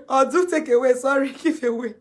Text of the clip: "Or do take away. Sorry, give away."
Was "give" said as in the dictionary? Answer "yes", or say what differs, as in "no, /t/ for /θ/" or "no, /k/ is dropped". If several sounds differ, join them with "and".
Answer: no, /f/ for /v/